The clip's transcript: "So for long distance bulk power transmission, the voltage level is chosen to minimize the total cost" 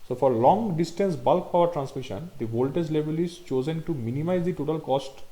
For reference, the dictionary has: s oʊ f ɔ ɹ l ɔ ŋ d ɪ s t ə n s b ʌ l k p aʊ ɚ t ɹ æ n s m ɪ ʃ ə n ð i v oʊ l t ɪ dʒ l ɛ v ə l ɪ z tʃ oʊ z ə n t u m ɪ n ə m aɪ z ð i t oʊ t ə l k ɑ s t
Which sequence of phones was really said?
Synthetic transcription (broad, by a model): s oʊ f ɔ ɹ l ɔ ŋ d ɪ s t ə n s b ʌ l k p aʊ ɚ t ɹ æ n s m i ʃ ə n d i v oʊ l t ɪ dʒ l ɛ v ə l ɪ z tʃ oʊ z ə n t u m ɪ n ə m aɪ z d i t oʊ t ə l k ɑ s t